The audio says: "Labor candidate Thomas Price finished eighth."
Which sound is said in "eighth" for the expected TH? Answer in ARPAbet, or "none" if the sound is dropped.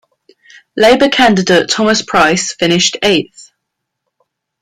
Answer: TH